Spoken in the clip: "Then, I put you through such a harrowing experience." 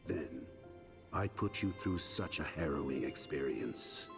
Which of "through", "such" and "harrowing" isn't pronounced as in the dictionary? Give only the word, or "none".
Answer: none